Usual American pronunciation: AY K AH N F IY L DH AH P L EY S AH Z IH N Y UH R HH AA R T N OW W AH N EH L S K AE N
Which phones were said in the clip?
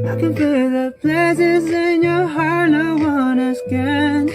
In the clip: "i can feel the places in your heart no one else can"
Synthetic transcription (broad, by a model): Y K AH N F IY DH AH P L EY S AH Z IH N Y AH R HH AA R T N OW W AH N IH S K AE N